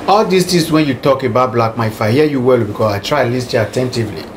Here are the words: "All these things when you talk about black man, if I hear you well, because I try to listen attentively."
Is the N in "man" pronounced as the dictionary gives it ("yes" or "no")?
no